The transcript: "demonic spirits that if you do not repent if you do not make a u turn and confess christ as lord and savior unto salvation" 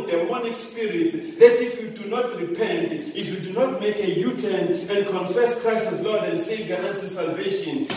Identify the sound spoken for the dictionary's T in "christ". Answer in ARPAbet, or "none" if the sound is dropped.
none